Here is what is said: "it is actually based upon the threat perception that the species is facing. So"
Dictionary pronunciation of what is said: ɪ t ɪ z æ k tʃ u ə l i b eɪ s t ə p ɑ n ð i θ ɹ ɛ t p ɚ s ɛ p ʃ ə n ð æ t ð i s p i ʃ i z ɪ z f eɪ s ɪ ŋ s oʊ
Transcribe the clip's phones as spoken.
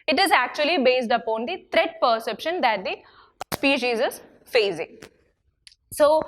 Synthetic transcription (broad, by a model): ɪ t ɪ z æ k tʃ u ə l i b eɪ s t ə p ɑ n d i t ɹ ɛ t p ɚ s ɛ p ʃ ə n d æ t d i s p i ʃ i z ɪ z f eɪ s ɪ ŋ s oʊ